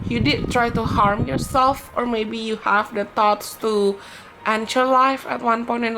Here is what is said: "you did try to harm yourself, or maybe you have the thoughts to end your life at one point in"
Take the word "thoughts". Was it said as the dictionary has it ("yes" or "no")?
no